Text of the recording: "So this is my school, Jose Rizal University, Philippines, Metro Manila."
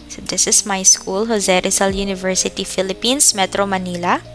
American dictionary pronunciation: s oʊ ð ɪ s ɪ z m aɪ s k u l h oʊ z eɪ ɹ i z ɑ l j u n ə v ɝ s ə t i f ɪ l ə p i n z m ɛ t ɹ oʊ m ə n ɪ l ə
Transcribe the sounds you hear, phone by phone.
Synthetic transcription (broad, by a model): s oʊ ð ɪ s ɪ s m aɪ s k u l h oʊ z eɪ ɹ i s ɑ l j u n ə v ɝ s ə t i f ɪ l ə p i n s m ɛ t ɹ oʊ m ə n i l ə